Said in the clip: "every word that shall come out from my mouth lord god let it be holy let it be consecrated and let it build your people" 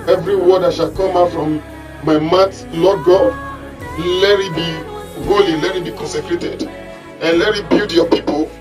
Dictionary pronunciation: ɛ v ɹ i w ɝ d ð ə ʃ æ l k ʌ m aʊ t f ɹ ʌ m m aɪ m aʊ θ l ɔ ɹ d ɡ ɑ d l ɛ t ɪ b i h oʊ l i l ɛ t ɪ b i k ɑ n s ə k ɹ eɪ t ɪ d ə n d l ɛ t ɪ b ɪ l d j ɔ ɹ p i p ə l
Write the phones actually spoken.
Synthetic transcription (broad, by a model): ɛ v ɹ i w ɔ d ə ʃ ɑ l k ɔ m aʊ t f ɹ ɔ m m aɪ m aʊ t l ɔ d ɡ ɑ l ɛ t ɪ b i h oʊ l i l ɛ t ɪ b i k ɑ n s ə k ɹ eɪ t ɪ d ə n l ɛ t ɪ b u d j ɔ p i p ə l